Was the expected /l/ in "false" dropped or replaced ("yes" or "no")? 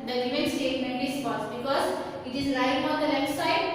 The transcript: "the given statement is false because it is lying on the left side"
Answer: yes